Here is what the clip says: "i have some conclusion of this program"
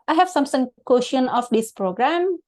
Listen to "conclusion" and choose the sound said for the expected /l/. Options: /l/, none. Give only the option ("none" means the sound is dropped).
none